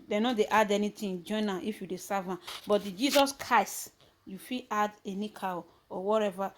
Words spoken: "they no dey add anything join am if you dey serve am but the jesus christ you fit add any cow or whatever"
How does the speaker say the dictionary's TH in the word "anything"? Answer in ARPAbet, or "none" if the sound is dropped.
T